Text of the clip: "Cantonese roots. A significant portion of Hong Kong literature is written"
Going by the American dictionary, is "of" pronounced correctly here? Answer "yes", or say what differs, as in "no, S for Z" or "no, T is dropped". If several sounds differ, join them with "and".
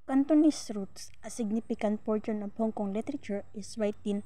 no, P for V